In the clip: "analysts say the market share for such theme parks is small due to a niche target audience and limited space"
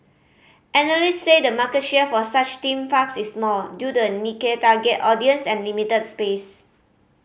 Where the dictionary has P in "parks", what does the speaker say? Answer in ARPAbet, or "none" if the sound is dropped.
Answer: F